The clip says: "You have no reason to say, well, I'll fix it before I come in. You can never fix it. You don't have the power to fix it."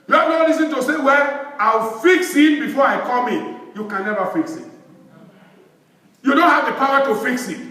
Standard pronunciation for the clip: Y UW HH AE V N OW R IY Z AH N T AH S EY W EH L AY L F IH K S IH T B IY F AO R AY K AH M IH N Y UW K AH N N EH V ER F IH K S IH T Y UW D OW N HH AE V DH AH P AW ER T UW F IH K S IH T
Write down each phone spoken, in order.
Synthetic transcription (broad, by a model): Y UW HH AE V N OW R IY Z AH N T AH S EY W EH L AY W F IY K S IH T B IY F AO AY K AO M IH N Y UW K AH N N EH V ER F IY K S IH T Y UW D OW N HH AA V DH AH P AW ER T UW F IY K S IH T